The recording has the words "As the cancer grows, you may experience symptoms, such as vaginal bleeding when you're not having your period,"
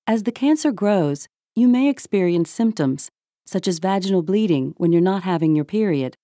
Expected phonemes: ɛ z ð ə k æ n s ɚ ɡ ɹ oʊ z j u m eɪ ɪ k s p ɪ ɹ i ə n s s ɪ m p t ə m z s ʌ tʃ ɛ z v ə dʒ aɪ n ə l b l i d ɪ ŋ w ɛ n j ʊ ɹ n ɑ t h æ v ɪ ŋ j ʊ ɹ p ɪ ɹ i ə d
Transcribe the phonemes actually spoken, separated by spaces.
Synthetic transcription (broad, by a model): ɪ z ð ə k æ n s ɚ ɡ ɹ oʊ z j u m eɪ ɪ k s p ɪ ɹ i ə n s s ɪ m p t ə m z s ʌ tʃ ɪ z v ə dʒ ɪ n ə l b l i d ɪ ŋ w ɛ n j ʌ ɹ n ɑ t h æ v ɪ ŋ j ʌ ɹ p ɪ ɹ i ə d